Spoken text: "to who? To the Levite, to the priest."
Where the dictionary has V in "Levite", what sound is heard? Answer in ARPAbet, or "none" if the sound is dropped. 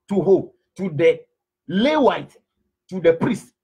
W